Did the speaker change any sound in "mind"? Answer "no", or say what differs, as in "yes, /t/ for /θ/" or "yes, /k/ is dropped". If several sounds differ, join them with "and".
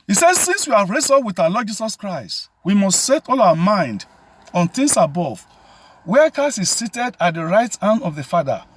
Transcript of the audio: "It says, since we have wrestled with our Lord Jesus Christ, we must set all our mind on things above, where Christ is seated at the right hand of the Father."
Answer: no